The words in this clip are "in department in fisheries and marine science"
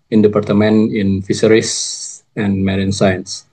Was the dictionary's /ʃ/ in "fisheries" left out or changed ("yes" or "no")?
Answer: yes